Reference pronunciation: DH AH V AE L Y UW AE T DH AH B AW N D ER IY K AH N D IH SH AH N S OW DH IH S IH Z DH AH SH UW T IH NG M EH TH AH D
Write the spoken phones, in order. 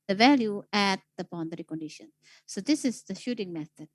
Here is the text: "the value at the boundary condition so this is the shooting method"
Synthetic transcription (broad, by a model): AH V AE L Y UW AE T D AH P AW N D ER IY K AH N D IH SH AH N S OW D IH S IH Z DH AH SH UW T IH NG M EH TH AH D